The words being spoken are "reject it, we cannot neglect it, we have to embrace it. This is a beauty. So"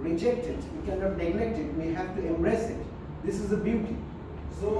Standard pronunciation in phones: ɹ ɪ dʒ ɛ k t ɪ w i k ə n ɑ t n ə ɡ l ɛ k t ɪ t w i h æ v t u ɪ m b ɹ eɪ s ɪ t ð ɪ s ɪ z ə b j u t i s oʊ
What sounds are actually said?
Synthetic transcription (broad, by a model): ɹ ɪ dʒ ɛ k t ɪ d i k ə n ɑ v n ə ɡ l ɛ k t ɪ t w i h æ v t u ɪ m b ɹ eɪ s ɪ t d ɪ s ɪ z ə b j u t i s oʊ